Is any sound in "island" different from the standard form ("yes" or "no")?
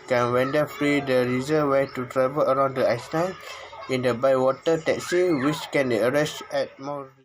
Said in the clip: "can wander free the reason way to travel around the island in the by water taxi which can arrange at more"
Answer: yes